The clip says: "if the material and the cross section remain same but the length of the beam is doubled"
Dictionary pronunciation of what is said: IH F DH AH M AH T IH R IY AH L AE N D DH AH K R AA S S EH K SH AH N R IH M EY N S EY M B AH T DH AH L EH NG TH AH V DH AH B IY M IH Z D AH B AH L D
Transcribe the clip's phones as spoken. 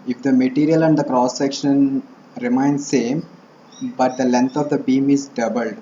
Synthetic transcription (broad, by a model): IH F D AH M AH T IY R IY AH L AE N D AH K R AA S S EH K SH AH N R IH M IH N S EY M B AH T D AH L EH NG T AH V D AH B IY M IH Z D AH B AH L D